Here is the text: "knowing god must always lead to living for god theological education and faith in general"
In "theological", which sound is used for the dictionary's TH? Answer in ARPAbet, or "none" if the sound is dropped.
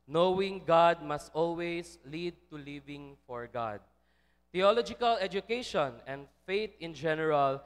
T